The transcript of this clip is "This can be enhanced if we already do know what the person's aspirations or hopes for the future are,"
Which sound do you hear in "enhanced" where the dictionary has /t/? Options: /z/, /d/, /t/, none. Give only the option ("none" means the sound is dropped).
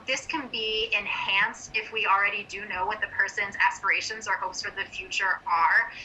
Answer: /t/